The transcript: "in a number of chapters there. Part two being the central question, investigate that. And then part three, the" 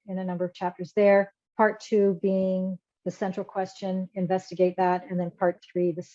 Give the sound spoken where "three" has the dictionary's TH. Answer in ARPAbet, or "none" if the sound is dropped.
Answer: TH